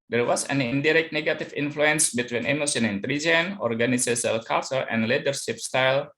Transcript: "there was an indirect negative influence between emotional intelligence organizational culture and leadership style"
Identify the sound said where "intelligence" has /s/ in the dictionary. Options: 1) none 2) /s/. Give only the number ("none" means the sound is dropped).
1